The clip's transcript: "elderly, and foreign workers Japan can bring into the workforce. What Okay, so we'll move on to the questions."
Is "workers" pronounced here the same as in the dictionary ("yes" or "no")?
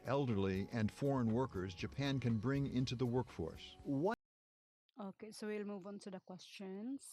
yes